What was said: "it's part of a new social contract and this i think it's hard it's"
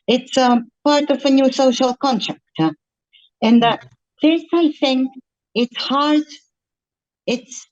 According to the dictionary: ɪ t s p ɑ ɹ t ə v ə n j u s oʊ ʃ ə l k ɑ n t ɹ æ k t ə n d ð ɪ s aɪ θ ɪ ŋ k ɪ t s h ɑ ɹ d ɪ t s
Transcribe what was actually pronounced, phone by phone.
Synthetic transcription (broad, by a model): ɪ t s p ɑ ɹ t ə v ə n j u s oʊ ʃ ə l k ɑ n t ɹ æ k t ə n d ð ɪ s aɪ θ ɪ ŋ k ɪ t s h ɑ ɹ d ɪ t s